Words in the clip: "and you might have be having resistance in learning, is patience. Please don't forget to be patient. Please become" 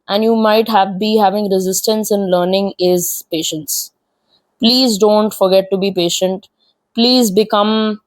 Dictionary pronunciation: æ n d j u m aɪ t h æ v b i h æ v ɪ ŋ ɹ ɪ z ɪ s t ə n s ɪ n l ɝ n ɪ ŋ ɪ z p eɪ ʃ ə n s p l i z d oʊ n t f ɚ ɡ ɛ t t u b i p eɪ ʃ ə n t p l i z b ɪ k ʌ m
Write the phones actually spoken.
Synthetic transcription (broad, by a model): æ n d j u m aɪ t h æ v b i h æ v ɪ ŋ ɹ ɪ z ɪ s t ə n s ɪ n l ɝ n ɪ ŋ ɪ z p eɪ ʃ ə n s p l i z d oʊ n t f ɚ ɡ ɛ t t u b i p eɪ ʃ ə n t p l i z b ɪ k ʌ m